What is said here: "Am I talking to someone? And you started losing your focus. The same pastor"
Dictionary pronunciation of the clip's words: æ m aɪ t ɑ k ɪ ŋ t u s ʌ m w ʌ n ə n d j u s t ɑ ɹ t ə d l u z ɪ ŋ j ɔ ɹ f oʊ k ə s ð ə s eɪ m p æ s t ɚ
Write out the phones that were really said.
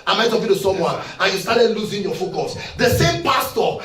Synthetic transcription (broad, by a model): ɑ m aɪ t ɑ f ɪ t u s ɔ m w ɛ ə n j u s t ɑ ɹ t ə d l u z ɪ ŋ j ɔ f oʊ k ə s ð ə s eɪ m p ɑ s t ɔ